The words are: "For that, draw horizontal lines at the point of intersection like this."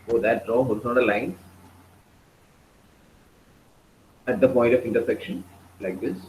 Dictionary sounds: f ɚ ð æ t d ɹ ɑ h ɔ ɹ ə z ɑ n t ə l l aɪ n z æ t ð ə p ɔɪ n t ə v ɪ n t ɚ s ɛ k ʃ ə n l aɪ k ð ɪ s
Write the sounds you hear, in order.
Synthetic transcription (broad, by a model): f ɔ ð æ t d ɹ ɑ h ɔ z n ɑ t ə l l aɪ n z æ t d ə p ɔɪ n t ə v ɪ n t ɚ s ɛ k ʃ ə n l aɪ k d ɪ s